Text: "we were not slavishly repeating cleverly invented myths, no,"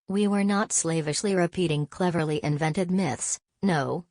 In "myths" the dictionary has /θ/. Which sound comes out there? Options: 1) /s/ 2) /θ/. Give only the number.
2